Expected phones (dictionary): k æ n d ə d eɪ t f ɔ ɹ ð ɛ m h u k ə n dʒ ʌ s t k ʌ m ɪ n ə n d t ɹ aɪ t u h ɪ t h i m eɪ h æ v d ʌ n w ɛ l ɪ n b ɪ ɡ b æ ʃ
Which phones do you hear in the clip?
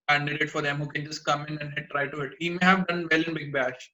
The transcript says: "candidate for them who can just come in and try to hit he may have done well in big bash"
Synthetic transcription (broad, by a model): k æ n d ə d eɪ t f ɔ ɹ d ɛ m h u k ə n dʒ ʌ s t k ʌ m ɪ n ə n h t ɹ aɪ t u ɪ t h i m eɪ h æ v d ʌ n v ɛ l ɪ n b ɪ ɡ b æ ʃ